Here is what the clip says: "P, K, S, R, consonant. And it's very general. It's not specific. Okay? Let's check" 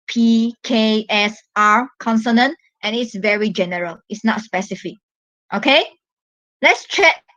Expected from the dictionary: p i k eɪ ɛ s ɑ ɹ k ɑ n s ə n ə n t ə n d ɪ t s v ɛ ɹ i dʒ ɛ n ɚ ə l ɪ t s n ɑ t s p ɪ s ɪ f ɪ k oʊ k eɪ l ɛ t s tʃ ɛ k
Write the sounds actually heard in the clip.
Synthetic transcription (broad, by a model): p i k eɪ ɛ s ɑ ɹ k ɑ n s ə n ə n t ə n ɪ t s v ɛ ɹ i dʒ ɛ n ɚ ə l ɪ t s n ɑ t s p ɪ s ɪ f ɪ k oʊ k eɪ l ɛ t s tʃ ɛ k